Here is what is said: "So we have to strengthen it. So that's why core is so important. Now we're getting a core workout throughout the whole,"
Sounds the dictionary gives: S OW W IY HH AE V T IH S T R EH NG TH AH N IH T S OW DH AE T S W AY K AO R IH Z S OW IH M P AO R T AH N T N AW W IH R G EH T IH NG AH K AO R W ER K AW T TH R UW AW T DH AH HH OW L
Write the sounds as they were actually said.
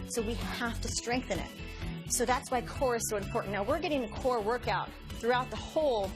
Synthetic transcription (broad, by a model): S OW W IY HH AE F T IH S T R EH NG TH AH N IH T S OW DH AE T S W AY K AO R IH Z S OW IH M P AO R T N N AW W IH R G EH T IH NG AH K AO R W ER K AW T TH R UW AW T DH AH HH OW L